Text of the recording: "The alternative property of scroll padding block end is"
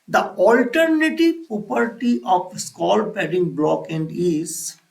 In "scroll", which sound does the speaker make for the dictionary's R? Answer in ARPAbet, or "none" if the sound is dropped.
none